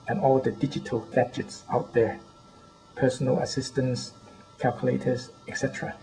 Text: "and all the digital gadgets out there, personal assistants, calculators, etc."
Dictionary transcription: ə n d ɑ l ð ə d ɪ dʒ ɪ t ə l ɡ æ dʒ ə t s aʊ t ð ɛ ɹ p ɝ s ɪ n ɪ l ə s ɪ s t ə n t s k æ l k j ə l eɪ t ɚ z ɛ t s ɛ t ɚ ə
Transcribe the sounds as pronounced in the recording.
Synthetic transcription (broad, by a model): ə n ɑ l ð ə d ɪ dʒ ɪ t ə l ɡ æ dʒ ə t s aʊ t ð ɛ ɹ p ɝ s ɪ n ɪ l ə s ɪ s t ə n s k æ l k j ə l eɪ t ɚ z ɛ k s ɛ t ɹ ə